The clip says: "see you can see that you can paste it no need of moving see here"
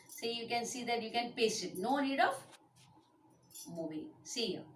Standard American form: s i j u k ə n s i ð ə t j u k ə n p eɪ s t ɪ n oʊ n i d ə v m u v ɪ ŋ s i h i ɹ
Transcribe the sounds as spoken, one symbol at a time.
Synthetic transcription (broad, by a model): s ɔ j u k ə n s i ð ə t j u k ə n p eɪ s ɪ n oʊ n i d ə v m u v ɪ s i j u